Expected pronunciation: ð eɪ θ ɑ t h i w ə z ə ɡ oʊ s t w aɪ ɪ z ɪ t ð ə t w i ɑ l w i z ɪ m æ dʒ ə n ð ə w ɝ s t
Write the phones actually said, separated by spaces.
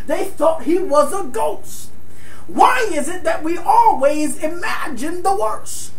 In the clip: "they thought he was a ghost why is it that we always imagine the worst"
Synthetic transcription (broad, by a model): ð eɪ θ ɑ t h i w ə z ə ɡ oʊ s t w aɪ ɪ z ɪ t ð ə t w i ɑ l w i z ɪ m æ dʒ ə n ð ə w ɝ s